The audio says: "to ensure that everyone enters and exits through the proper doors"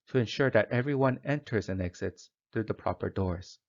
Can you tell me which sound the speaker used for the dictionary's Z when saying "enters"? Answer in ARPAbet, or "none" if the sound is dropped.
Z